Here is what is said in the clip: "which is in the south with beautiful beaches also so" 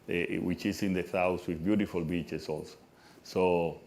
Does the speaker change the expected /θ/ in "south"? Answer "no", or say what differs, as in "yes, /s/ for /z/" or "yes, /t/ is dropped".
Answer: yes, /s/ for /θ/